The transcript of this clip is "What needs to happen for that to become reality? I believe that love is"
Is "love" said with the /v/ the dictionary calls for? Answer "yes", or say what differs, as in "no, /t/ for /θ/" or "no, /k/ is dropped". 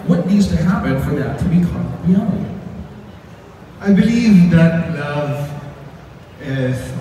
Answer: yes